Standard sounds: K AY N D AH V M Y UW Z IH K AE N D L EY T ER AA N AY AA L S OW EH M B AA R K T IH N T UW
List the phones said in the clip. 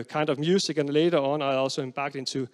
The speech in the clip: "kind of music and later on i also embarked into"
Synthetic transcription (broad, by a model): K AY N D AH V M Y UW S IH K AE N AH L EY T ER AA N AY AA L S OW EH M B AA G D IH N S UW